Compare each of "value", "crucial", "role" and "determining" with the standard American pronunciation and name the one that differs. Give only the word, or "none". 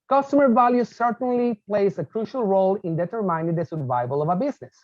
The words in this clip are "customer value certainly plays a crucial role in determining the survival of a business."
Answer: determining